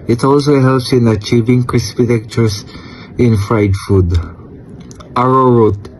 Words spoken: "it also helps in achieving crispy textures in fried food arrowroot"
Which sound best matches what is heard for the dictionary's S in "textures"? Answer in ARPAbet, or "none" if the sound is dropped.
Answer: none